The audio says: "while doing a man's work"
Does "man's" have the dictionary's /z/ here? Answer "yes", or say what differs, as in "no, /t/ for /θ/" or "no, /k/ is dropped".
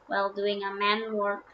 no, /z/ is dropped